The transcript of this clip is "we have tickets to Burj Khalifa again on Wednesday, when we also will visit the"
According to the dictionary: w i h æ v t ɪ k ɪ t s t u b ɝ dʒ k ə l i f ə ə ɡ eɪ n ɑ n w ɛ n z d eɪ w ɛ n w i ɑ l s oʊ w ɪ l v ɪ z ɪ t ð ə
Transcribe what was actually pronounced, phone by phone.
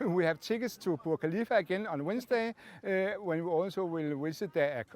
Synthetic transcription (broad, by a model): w i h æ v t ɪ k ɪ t s t u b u k ə l i f ə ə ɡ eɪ n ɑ n w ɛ n s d eɪ w ɛ n w i ɑ l s oʊ w ɪ l w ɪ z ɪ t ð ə